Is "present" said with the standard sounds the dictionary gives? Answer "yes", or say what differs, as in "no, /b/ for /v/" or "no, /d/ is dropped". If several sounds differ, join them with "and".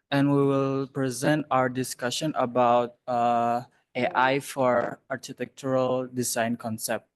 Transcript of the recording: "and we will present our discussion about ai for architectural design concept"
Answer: yes